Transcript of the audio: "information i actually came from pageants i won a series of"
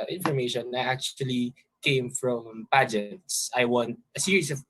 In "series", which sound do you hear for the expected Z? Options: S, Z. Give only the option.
S